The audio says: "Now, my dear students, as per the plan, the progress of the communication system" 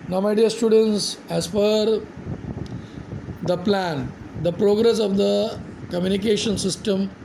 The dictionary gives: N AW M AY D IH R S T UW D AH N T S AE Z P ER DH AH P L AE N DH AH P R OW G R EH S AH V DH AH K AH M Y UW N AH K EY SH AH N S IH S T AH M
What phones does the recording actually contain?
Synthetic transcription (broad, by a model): N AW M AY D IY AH S T UW D AH N T S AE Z F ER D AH P L AE N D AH P R OW G R EH S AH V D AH K AH M Y UW N AH K EY SH AH N S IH S T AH M